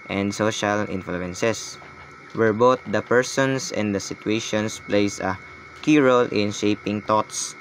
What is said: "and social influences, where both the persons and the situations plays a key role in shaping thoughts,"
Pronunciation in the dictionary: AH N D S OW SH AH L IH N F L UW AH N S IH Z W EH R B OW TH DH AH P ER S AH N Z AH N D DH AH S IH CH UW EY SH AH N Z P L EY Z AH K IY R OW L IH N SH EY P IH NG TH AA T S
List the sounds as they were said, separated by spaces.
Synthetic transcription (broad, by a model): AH N D S OW SH AH L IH N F L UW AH N S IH S W EH R B OW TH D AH P ER S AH N S AH N D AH S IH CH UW EY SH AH N S P L EY S AH K IY R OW L IH N SH EY P IH NG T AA T S